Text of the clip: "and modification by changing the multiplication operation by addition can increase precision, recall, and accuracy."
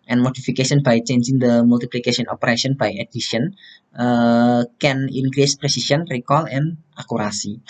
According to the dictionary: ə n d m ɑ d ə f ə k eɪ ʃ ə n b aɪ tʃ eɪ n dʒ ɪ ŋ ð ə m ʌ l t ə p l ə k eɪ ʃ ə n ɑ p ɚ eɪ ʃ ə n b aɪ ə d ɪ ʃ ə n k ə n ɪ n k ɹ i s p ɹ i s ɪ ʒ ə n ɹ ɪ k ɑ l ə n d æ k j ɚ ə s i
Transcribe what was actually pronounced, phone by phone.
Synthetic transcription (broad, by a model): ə n m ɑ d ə f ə k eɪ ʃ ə n b aɪ tʃ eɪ n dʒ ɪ ŋ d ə m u l t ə p l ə k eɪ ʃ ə n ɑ p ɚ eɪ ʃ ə n b aɪ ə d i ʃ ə n k ə n ɪ n k ɹ i s p ɹ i s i s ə n ɹ ɪ k ɑ l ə n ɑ k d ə s i